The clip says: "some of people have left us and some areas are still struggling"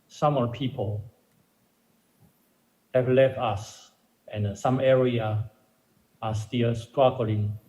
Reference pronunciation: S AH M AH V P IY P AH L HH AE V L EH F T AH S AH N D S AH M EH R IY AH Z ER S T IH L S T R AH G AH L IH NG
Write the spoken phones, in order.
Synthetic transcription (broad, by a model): S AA M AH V P IY P AH L HH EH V L EH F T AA S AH N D S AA M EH R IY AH AA S T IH L S T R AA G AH L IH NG